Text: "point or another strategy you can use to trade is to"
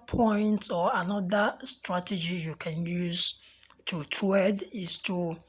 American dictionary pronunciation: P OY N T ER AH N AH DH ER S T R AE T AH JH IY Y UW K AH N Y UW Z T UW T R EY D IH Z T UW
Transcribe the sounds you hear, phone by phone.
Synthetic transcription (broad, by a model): P OY N T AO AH N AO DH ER S T R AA T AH JH IY Y UW K AH N Y UW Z T UW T EY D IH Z T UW